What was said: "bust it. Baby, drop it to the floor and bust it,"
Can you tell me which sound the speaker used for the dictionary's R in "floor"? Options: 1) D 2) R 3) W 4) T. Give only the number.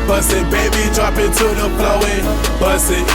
3